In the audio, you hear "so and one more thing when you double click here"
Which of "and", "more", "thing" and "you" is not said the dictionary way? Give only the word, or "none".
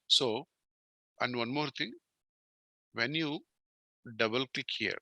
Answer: thing